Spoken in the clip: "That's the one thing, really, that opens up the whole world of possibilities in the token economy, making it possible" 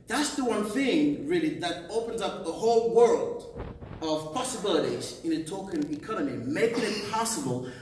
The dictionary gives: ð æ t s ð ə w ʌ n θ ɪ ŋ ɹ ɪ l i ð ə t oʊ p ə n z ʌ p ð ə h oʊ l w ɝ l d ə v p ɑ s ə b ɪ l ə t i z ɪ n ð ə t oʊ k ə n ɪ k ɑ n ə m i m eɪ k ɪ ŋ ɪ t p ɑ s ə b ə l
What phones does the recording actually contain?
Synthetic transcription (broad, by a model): ð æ t s ð ə w ʌ n θ ɪ ŋ ɹ ɪ l i ð ə t oʊ p ə n z ʌ p ð ə h oʊ l w ɝ l d ə v p ɑ s ə b ɪ l ə t i z ɪ n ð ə t oʊ k ə n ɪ k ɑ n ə m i m eɪ k ɪ ŋ ɪ t p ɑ s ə b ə l